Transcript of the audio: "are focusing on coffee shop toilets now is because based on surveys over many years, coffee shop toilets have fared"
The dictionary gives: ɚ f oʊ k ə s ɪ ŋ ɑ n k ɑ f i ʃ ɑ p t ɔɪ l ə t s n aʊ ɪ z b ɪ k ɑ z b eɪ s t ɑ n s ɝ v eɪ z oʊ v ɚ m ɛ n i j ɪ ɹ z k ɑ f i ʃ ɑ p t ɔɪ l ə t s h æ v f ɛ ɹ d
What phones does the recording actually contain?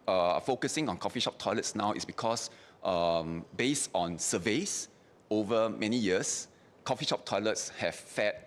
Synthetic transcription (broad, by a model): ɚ f oʊ k ə s ɪ ŋ ɑ n k ɑ f i ʃ ɑ p t ɔɪ l ə t s n aʊ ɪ s b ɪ k ɑ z b eɪ s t ɑ n s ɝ v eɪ s oʊ v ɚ m ɛ n i j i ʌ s k ɑ f i ʃ ɑ p t ɔɪ l ə t s h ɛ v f ɛ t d